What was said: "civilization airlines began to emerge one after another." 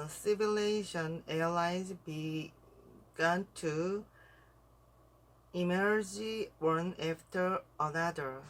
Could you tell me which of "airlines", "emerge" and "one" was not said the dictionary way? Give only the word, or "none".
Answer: airlines